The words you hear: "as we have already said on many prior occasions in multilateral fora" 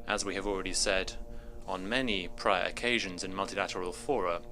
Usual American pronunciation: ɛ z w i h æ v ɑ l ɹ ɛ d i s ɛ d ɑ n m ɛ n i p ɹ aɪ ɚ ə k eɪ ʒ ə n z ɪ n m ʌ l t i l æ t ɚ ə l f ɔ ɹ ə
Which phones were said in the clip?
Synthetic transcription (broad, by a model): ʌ z w i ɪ v ɑ l ɹ ɛ d i s ɛ d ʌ n m ɛ n i p ɹ aɪ ɚ ə k eɪ ʒ ə n z ɪ n m ʌ l t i l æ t ɚ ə l f ɔ ɹ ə